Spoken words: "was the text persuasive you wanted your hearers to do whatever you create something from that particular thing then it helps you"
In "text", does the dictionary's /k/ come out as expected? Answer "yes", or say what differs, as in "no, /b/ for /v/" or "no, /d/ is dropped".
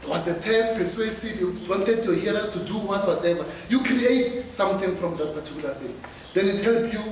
no, /k/ is dropped